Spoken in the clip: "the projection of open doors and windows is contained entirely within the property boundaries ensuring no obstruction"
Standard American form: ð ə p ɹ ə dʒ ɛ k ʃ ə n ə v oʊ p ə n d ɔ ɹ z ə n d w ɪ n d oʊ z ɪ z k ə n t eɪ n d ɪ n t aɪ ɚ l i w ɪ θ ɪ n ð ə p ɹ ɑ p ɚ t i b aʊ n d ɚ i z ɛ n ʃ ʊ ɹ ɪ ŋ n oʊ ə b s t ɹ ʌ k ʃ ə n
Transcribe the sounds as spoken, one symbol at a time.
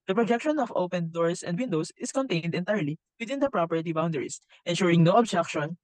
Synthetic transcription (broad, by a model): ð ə p ɹ ə dʒ ɛ k ʃ ə n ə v oʊ p ə n d ɔ ɹ s ə n d w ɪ n d oʊ s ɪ s k ə n t eɪ n d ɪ n t aɪ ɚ l i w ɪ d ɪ n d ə p ɹ ɑ p ɚ t i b aʊ n d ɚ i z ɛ n ʃ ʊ ɹ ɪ ŋ n oʊ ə b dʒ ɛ k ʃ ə n